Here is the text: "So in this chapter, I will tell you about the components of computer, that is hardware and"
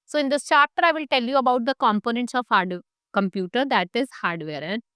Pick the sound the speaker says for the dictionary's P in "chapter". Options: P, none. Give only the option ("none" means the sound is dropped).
none